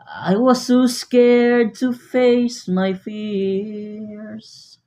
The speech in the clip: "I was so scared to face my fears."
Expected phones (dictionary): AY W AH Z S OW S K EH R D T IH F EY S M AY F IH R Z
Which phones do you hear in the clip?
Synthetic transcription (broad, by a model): AY W AH Z S OW S K EH R D T IH F EY S M AY F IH R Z